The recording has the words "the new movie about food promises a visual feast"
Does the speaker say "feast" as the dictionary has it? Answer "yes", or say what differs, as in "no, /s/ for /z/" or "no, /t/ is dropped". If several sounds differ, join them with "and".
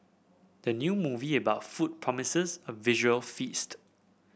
yes